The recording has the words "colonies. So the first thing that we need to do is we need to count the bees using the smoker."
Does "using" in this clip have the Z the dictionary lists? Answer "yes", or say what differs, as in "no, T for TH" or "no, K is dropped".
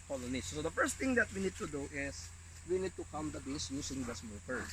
no, S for Z